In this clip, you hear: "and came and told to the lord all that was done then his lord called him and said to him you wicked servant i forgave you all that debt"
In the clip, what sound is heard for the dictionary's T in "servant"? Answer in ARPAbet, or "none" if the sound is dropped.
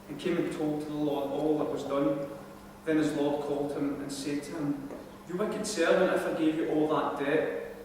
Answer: none